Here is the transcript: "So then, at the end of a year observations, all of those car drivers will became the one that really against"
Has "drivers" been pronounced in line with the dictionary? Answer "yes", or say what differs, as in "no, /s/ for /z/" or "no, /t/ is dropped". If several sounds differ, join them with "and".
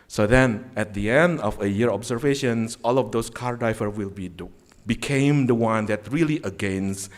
no, /z/ is dropped